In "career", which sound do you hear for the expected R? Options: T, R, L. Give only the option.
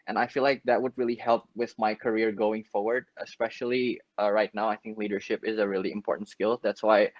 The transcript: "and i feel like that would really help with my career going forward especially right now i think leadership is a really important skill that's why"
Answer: R